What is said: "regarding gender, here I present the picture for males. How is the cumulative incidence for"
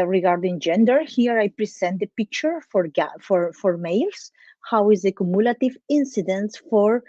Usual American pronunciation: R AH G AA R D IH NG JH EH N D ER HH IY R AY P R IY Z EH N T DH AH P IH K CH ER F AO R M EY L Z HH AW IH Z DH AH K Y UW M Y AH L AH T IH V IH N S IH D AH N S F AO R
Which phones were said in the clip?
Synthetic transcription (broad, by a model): R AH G AA R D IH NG JH EH N D ER HH IY R AY P R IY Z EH N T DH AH P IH K CH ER F AO R M EY L S HH AW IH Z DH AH K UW M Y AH L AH T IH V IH N S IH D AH N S F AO R